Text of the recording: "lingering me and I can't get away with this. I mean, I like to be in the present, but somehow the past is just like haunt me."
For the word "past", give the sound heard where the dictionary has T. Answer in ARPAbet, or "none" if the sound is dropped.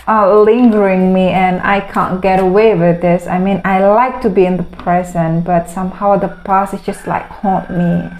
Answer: none